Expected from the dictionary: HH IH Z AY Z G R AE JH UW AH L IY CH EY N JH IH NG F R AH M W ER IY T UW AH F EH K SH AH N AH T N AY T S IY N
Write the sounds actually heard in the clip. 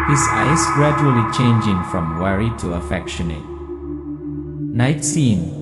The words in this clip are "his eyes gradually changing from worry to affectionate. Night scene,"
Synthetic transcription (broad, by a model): HH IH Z AY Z G R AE JH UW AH L IY CH EY N JH IH NG F R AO M W ER IY T UW AH F EH K SH AH N AH T N AY T S IY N